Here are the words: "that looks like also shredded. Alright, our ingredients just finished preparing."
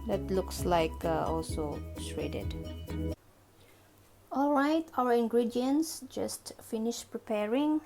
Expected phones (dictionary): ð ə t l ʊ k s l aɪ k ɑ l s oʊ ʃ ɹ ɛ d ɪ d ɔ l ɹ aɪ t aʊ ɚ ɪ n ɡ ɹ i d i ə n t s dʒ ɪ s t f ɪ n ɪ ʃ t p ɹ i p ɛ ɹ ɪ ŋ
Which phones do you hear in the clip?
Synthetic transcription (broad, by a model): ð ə t l ʊ k s l aɪ k ɑ l s oʊ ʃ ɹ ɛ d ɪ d ɔ l ɹ aɪ t aʊ ɚ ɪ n ɡ ɹ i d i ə n s dʒ ɪ s t f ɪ n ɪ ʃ p ɹ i p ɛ ɹ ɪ ŋ